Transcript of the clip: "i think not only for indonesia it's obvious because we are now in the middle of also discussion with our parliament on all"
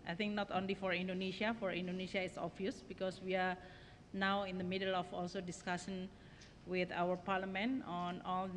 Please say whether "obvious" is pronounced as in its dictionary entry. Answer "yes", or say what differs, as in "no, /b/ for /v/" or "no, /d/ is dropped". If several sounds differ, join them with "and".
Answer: no, /b/ is dropped